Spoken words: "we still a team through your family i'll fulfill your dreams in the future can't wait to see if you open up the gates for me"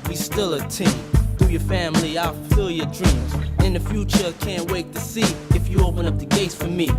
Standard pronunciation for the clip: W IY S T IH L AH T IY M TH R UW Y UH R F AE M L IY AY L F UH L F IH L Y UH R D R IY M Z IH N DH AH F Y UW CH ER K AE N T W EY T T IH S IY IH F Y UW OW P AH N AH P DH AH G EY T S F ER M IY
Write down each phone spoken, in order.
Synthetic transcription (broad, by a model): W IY S T IH L AH T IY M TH UW Y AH R F AE M L IY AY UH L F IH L Y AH R D R IY M Z IH N DH AH F Y UW CH ER K AE N T W EY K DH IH S IY IH F Y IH OW P AH N AH P DH AH G EY T S F ER M IY